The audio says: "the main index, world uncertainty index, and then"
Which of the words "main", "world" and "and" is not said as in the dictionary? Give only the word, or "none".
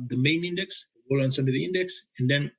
world